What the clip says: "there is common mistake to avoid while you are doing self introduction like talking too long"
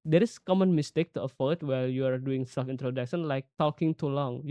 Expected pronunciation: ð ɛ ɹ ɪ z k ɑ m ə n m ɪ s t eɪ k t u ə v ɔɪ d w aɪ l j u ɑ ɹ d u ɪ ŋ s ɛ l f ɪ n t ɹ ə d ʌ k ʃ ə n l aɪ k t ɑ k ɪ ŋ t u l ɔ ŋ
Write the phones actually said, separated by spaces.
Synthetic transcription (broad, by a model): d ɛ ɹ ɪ s k ɑ m ə n m ɪ s t eɪ k t u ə f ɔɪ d w aɪ l j u ɑ ɹ d u ɪ ŋ s ɛ l f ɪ n t ɹ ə d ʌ k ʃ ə n l aɪ k t ɑ k ɪ ŋ t u l ɔ ŋ